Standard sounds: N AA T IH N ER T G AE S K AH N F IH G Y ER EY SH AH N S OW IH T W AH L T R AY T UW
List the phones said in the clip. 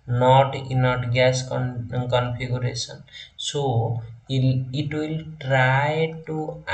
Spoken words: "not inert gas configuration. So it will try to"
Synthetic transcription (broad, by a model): N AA T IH N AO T G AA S K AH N P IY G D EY S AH N S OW IH T W AH L T R AY T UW